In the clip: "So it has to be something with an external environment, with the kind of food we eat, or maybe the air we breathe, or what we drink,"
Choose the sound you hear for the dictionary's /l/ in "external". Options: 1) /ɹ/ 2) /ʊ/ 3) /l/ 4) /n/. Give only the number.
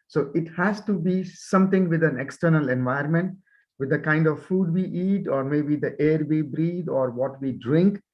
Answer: 3